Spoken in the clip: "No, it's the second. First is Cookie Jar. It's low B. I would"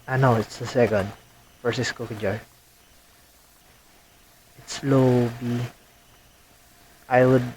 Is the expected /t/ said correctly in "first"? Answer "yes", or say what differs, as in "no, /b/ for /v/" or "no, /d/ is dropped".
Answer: no, /t/ is dropped